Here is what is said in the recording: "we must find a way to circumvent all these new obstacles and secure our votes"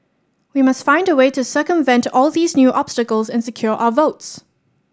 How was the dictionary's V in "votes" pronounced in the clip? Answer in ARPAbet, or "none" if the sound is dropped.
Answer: V